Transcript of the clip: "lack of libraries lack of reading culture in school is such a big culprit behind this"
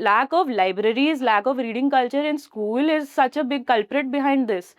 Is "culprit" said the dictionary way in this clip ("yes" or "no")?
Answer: yes